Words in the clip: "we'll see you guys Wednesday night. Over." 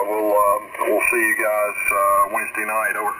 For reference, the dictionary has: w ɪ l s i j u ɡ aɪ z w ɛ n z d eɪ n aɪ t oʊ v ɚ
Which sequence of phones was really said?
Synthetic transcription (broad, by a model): w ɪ l s i j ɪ ɡ aɪ z w ɛ n z d eɪ n aɪ t oʊ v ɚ